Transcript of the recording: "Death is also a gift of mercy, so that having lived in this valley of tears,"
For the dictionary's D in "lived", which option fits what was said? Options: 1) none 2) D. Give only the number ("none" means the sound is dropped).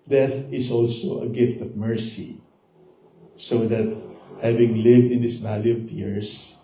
2